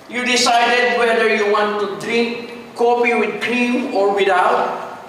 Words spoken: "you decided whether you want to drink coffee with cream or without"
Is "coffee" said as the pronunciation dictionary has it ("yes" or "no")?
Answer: no